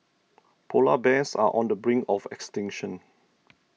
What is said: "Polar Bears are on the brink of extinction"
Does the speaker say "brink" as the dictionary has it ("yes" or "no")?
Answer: no